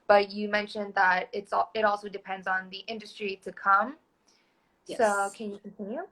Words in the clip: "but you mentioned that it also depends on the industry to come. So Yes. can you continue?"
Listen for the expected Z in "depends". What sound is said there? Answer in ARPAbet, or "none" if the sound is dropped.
Z